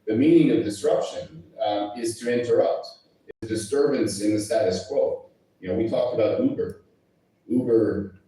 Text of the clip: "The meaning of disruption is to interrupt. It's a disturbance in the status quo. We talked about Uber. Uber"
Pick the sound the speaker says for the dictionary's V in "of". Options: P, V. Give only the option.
V